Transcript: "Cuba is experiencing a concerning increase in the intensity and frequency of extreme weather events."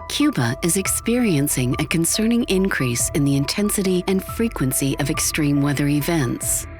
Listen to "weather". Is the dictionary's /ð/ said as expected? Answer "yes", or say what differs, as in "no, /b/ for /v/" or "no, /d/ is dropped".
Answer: yes